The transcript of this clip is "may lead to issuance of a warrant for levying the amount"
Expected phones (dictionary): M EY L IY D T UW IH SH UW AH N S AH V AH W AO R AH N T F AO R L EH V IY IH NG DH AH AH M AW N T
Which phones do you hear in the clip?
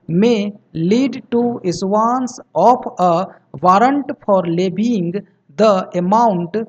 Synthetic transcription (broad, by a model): M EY L IY D T UW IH S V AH N S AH P AH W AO R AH N T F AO R L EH B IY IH NG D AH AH M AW N T